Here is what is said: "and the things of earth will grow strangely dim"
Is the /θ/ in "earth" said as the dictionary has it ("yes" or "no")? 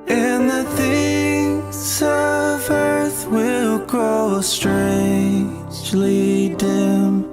yes